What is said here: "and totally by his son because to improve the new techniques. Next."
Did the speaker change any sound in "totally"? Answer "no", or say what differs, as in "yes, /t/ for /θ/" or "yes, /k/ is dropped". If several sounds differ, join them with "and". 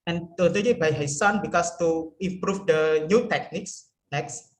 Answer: yes, /n/ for /l/